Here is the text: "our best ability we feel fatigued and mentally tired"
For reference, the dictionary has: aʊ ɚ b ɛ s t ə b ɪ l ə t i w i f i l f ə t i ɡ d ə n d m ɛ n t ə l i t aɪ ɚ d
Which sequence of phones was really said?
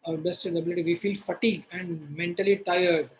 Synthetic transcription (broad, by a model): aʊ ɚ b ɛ s t ə b ɪ l ə t i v i f i l f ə t i ɡ ə n d m ɛ n t ə l i t aɪ ɚ d